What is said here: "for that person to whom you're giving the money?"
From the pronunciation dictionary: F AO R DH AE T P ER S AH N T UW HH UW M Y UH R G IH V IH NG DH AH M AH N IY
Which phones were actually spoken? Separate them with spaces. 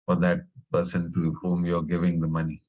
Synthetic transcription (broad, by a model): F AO R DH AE T P ER S AH N T UW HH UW M Y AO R G IH V IH NG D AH M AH N IY